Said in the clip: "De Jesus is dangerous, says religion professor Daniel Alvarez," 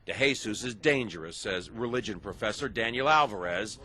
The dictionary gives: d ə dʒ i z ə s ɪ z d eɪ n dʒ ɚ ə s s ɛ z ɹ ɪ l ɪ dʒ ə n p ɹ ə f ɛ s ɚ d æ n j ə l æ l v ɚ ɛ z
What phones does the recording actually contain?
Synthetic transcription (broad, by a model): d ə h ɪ s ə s ɪ z d eɪ n dʒ ɚ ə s s ɛ z ɹ ɪ l ɪ dʒ ə n p ɹ ə f ɛ s ɚ d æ n j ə l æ l v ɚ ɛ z